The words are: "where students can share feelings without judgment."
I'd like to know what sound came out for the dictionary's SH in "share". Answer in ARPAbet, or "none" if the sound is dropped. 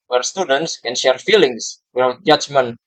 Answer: SH